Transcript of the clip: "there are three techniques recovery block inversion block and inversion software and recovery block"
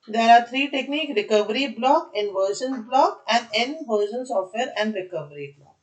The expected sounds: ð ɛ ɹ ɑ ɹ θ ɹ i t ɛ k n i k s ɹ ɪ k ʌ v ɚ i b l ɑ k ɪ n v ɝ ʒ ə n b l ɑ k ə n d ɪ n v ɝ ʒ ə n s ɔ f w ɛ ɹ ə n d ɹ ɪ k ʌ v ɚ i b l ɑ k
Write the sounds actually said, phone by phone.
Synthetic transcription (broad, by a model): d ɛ ɹ ɑ ɹ t ɹ i t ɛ k n i k ɹ ɪ k ʌ v ɚ i b l ɑ k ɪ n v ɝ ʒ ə n b l ɑ k ə n d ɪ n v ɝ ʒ ə n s ɔ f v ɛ ɹ ə n d ɹ ɪ k ʌ v ɚ i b l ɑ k